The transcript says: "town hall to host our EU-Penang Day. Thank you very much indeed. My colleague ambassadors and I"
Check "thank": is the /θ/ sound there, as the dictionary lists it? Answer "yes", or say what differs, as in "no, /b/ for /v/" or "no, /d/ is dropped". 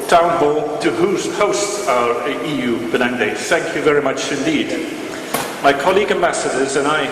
yes